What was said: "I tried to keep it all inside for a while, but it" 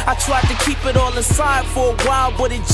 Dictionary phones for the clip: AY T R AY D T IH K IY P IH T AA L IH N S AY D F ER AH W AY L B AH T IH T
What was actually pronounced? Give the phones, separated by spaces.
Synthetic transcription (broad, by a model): AY T R AY D T IH K IY P IH T AA L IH S AY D F ER AH W AY L B AH T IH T